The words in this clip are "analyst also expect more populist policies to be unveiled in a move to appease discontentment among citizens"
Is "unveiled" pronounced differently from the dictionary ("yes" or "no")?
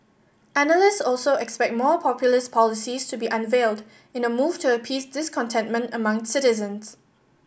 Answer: no